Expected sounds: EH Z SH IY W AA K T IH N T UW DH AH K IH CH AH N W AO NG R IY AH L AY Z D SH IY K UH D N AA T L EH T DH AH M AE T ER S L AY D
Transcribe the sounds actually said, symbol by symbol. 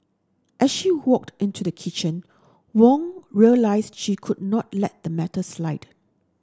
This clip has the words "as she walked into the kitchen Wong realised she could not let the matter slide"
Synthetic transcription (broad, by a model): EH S SH IY W AA K T IH N T UW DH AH K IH CH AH N W AO NG R IY AH L AY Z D SH IY K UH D N AA T L EH T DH AH M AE T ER S L AY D